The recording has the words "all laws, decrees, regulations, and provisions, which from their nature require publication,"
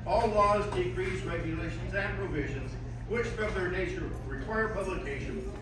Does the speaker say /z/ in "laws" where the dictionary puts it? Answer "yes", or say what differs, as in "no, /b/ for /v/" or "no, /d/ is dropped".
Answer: yes